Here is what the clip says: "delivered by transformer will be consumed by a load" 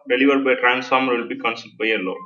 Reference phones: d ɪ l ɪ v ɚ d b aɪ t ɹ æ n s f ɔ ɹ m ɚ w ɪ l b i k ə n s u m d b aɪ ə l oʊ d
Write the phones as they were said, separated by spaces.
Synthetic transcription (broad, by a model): d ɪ l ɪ v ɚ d b aɪ t ɹ æ n s f ɔ ɹ m ɚ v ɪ l b i k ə n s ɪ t b aɪ ə l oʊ